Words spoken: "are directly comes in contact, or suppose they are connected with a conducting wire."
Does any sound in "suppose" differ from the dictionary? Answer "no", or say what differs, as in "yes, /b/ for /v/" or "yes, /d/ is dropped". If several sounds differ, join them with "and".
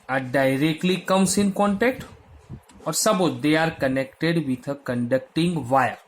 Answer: yes, /b/ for /p/